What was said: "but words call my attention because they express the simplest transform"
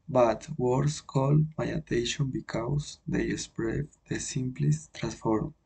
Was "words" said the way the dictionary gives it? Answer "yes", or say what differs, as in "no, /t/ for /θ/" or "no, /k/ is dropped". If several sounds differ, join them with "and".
no, /s/ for /z/